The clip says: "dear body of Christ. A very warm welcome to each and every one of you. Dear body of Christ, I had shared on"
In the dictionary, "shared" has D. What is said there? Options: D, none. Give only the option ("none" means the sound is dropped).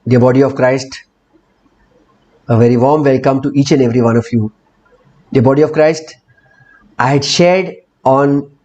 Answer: D